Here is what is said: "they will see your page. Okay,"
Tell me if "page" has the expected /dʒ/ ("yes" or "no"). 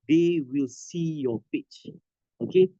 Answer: no